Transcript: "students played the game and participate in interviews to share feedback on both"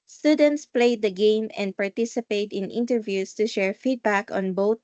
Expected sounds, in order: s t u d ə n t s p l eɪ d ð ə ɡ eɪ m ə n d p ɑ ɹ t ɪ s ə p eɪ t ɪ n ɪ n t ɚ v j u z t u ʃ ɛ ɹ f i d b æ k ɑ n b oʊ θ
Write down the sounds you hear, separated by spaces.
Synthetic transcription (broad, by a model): s t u d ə n t s p l eɪ d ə ɡ eɪ m ə n d p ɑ ɹ t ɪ s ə p eɪ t ɪ n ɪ n t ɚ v j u s t u ʃ ɛ ɹ f i d b æ k ɑ n b oʊ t